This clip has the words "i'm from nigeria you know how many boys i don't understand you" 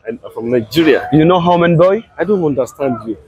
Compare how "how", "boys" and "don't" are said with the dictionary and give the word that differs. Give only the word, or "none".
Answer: boys